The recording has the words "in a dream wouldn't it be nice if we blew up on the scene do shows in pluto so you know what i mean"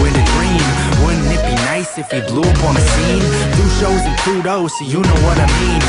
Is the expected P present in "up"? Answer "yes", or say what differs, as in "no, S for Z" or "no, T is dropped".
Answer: yes